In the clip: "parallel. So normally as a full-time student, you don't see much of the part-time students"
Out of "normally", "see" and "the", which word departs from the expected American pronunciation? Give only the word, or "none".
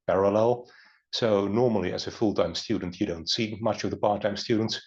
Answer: none